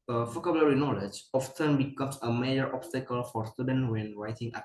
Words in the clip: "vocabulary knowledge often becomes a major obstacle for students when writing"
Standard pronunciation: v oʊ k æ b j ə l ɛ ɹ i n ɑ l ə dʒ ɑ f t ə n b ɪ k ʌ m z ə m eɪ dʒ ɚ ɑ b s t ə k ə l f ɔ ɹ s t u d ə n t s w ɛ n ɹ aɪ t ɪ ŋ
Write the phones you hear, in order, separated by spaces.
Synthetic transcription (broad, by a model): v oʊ k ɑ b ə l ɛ ɹ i n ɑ l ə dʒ ɑ f t ə n b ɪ k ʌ m s ə m eɪ dʒ ɚ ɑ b s t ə k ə l f ɔ ɹ s t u d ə n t w ɛ n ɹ aɪ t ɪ ŋ